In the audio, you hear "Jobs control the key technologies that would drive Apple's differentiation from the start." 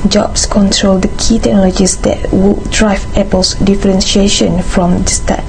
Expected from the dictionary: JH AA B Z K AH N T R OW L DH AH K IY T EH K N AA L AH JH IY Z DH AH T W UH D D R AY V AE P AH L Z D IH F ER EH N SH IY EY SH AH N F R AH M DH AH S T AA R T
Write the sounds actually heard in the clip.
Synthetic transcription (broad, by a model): JH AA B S K AH N T R OW L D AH K IY T EH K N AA L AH JH IY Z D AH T W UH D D R AY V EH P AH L S D IH F ER EH N SH IY EY SH AH N F R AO M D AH S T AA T